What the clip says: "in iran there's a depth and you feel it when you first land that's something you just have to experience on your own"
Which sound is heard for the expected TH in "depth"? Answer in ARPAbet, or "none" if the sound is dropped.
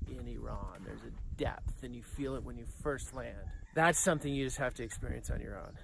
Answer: TH